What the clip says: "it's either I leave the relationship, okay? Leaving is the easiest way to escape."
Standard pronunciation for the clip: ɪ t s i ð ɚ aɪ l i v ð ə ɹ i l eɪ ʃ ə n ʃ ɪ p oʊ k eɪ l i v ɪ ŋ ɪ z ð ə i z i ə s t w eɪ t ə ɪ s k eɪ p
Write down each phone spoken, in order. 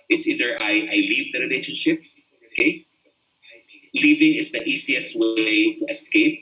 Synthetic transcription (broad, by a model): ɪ t s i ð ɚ aɪ l i v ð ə ɹ i l eɪ ʃ ə n ʃ ɪ p oʊ k eɪ l i v ɪ ŋ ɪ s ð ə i s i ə s t w eɪ t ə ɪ s k eɪ p